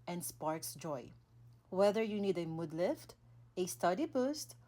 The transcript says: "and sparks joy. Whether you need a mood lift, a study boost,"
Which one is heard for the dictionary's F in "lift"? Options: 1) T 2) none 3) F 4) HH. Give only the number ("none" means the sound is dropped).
3